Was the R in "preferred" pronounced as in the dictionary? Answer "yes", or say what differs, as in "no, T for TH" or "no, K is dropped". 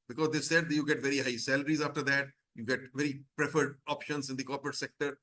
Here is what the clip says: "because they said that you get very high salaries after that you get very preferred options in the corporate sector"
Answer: yes